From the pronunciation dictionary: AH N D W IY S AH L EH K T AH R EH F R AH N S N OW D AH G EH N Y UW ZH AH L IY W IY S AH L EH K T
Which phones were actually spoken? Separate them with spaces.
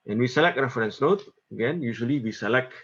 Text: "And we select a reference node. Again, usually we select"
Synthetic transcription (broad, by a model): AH N W IY S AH L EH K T AH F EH R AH N S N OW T AH G EH N Y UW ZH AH L IY W IY S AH L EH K